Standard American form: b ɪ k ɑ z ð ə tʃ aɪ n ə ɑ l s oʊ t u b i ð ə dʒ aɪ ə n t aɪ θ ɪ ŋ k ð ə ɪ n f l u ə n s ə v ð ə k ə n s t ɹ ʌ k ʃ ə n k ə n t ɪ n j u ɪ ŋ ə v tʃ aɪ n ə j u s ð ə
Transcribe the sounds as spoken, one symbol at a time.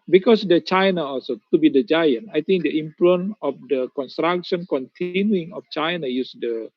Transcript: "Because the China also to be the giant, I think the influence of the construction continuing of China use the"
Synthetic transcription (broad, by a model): b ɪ k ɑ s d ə tʃ aɪ n ə ɑ l s oʊ t u b i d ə dʒ aɪ ə n t aɪ t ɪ ŋ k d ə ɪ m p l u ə n ə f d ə k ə n s t ɹ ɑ k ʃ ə n k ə n t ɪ n j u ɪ ŋ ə f tʃ aɪ n ə j u s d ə